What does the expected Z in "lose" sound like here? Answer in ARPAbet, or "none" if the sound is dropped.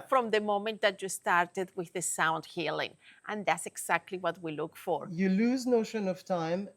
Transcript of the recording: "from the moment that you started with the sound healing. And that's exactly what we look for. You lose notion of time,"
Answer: Z